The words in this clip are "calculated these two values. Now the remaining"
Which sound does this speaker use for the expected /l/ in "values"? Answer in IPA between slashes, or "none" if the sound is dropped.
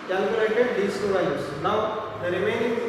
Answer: none